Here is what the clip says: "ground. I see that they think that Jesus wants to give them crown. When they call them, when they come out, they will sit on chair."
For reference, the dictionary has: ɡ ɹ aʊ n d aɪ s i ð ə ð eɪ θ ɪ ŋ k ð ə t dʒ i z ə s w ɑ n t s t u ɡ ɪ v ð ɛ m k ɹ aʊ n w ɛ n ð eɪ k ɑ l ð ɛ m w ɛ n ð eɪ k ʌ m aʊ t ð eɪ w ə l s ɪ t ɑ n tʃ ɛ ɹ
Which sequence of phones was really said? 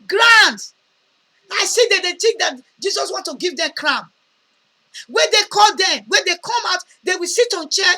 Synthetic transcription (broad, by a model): ɡ ɹ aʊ n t aɪ s i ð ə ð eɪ t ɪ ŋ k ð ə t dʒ i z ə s w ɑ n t t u ɡ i v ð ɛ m k ɹ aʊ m w ɛ n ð eɪ k ɑ l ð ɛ m w ɛ n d eɪ k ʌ m aʊ t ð eɪ w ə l s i t ɑ n tʃ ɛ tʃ